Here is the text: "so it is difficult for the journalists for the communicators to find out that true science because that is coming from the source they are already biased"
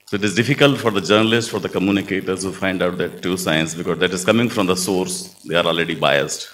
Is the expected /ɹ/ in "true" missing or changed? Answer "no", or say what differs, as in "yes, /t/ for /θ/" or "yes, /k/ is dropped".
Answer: yes, /ɹ/ is dropped